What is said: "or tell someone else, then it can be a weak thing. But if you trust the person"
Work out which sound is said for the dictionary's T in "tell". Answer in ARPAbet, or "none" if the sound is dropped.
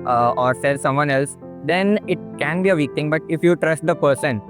S